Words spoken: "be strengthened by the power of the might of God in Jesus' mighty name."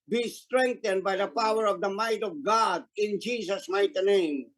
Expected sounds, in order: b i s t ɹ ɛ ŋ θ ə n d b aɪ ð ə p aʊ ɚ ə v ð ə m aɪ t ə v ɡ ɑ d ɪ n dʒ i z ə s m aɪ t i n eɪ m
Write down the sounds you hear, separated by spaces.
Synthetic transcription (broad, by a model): b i s t ɹ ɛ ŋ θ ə n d b aɪ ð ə p aʊ ɚ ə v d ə m aɪ t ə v ɡ ɑ d ɪ n dʒ i s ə s m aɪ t n eɪ m